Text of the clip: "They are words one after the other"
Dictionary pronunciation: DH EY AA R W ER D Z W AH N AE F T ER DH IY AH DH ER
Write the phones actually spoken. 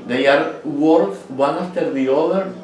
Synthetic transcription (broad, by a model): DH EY AA R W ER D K W AH N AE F T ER DH IY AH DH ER